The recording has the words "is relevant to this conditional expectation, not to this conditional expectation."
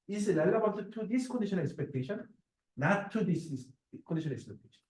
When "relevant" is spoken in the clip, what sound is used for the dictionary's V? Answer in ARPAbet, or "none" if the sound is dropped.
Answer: B